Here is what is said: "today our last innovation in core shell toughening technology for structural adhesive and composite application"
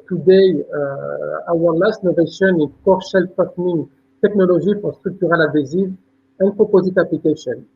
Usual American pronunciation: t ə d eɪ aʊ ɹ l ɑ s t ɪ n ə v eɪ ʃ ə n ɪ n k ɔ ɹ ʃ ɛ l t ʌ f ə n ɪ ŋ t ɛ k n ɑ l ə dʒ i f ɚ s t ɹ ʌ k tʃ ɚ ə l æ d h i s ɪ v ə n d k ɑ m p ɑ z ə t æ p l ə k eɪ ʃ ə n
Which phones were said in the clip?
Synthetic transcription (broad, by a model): t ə d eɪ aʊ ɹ l ɑ s t n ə v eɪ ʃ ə n ɪ n k ɔ ɹ ʃ ɛ l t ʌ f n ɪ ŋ t ɛ k n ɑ l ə ʒ i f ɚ s t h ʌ k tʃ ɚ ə l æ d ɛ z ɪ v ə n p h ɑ p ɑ z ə t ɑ p l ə k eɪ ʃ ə n